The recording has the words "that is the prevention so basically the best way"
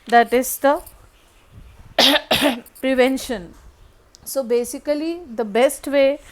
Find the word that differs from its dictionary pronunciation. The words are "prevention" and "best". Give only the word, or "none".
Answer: none